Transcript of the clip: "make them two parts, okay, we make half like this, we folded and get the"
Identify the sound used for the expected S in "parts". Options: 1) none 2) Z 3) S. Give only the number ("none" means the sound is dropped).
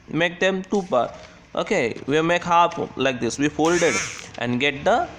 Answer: 1